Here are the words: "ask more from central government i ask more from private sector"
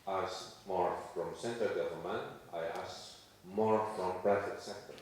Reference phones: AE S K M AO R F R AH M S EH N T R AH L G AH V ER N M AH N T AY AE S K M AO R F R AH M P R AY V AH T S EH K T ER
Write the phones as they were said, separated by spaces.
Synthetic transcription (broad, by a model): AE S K M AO R F R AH M S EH N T AH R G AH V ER L M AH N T AY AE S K M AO R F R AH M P R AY F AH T S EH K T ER